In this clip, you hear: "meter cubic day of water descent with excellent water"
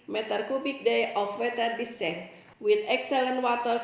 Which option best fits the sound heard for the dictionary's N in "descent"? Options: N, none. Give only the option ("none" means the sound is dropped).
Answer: none